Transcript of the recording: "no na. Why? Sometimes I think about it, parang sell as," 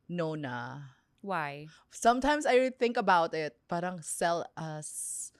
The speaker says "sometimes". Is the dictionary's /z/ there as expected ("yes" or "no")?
no